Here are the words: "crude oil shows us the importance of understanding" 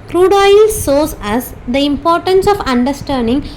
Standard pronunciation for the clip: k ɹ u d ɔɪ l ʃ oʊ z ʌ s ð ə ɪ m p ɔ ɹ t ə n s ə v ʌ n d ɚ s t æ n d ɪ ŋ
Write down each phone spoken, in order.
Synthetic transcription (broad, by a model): k ɹ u d ɔɪ l s oʊ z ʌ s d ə ɪ m p ɔ ɹ t ə n s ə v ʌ n d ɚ s t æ n d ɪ ŋ